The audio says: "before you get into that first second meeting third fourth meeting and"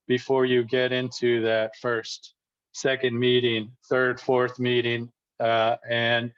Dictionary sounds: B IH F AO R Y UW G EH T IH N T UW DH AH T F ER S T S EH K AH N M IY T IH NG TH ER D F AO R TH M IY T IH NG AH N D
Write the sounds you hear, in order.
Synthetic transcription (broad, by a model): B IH F AO R Y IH G EH T IH N T UW DH AH T F ER S T S EH K AH N M IY T IH NG TH ER D F AO R TH M IY T IH NG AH N